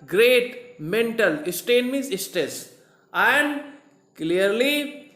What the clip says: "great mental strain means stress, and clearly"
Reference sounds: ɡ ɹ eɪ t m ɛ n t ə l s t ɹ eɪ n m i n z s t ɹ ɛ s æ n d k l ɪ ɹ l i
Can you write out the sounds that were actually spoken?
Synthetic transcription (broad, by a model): ɡ ɹ eɪ t m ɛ n t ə l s t eɪ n m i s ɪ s t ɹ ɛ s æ n d k l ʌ ɹ l i